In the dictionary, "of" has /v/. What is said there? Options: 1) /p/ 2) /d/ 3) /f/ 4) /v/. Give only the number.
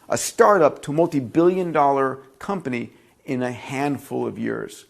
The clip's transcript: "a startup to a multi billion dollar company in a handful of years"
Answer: 4